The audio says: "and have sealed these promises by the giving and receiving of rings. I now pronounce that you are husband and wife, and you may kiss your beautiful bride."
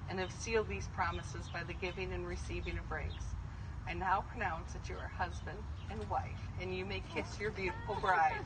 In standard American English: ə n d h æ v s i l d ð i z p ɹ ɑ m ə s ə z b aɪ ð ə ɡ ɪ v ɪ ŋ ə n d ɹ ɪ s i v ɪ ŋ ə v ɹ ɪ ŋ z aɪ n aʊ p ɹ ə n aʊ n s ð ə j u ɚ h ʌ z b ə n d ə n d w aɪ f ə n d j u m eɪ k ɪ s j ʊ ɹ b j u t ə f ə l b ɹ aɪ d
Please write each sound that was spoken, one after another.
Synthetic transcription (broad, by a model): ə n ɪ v s i l d ð i z p ɹ ɑ m ə s ə z b aɪ ð ə ɡ ɪ v ɪ ŋ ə n ɹ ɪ s i v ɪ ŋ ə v ɹ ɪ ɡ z aɪ n aʊ p ɹ ə n aʊ n s ð ə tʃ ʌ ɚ h ʌ z b ə n d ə n w aɪ f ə n j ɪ m eɪ k ɪ s j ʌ ɹ b j u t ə f l b ɹ aɪ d